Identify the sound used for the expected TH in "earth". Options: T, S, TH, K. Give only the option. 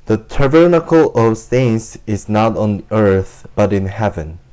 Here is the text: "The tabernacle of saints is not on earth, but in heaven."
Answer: TH